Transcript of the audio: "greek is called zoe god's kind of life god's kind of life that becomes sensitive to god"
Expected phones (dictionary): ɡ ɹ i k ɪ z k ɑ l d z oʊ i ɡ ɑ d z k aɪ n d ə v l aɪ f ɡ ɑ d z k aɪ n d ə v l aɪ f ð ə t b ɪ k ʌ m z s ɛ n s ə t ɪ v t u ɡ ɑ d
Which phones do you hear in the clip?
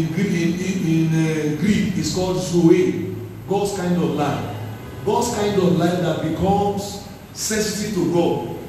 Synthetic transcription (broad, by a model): ɡ ɹ i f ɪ s k ɑ l d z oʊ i ɡ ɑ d s k aɪ n d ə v l aɪ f ɡ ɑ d s k aɪ n d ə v l aɪ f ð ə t b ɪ k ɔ m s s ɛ s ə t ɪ t u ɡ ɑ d